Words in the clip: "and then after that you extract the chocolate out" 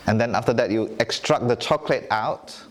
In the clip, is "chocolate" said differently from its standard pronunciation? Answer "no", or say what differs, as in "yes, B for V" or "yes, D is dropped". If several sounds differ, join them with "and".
no